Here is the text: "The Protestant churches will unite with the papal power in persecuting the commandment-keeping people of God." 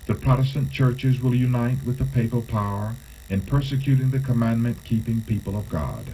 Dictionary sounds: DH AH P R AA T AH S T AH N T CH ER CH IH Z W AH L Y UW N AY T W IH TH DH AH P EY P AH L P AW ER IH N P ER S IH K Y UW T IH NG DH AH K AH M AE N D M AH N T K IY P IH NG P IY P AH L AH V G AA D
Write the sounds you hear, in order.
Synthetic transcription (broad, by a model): DH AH P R AA T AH S T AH N CH ER CH IH Z W AH L Y UW N AY T W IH DH AH P EY P AH L P AW ER IH N P ER S IH K Y UW T IH NG DH AH K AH M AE N M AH N K IY P IH NG P IY P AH L AH V G AA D